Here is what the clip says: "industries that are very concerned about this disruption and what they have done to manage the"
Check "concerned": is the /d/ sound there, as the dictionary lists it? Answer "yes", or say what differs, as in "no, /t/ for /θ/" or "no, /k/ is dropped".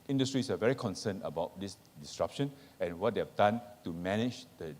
no, /d/ is dropped